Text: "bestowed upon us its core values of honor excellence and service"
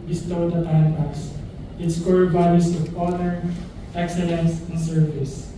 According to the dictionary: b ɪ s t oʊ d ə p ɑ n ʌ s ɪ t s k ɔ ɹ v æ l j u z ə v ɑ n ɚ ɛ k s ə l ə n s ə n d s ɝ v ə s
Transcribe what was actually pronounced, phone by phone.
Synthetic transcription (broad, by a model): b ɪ s t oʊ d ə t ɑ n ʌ s ɪ t s k ɔ ɹ b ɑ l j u s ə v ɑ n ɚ ɛ k s ə l ə n s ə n s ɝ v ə s